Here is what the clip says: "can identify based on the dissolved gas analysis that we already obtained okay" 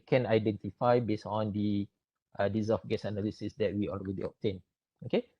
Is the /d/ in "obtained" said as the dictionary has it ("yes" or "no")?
no